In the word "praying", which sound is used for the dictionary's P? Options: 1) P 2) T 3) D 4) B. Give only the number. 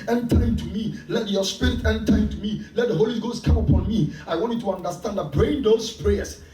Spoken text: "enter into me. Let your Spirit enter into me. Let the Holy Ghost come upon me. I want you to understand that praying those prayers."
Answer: 4